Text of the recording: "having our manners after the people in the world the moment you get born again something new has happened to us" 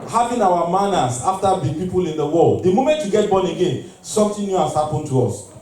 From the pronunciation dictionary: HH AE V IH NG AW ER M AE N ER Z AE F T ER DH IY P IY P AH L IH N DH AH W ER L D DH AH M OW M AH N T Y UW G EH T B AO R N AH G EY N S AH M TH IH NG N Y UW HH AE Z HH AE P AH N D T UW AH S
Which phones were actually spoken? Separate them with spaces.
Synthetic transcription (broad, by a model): HH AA V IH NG AW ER M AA N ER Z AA F T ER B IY P IY P AH L IH N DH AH W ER L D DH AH M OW M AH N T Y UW G EH T B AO N AH G EY N S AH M T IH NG N Y UW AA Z HH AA P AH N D T UW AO S